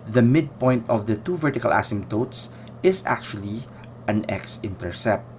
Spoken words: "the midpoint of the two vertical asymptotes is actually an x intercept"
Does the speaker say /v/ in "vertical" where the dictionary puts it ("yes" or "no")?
yes